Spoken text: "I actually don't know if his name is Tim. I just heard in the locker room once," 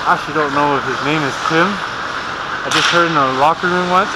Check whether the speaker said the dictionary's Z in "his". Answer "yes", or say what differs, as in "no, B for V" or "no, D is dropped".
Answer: yes